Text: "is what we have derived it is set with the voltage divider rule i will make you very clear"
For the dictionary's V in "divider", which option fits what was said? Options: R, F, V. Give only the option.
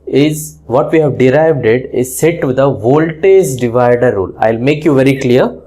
V